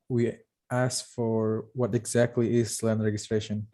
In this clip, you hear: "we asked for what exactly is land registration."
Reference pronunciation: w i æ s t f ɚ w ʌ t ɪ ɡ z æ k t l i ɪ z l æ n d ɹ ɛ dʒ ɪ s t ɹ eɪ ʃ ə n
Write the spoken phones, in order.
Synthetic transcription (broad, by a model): w i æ s f ɚ w ʌ t ɪ ɡ z æ k t l i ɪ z l æ n d ɹ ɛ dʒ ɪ s t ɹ eɪ ʃ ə n